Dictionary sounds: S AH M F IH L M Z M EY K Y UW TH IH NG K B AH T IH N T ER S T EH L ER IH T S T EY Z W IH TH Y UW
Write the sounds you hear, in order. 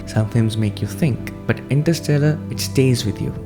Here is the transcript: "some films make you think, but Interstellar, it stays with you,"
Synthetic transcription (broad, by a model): S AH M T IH M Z M EY K Y UW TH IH NG K B AH T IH N T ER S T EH L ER IH T S T EY Z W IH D Y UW